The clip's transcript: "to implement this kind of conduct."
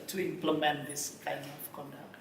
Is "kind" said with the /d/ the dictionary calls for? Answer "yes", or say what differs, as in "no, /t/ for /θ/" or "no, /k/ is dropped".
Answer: no, /d/ is dropped